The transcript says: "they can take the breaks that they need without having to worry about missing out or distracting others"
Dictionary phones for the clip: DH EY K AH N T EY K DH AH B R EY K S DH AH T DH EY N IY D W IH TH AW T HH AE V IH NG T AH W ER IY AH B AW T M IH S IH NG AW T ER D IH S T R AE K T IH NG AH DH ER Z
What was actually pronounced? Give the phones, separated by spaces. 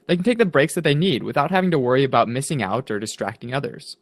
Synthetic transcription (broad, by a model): DH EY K N T EY K DH AH B R EY K S DH AH T DH EY N IY D W IH TH AW T HH AE V IH NG T AH W ER IY AH B AW T M IH S IH NG AW T ER D IH S T R AE K T IH NG AH DH ER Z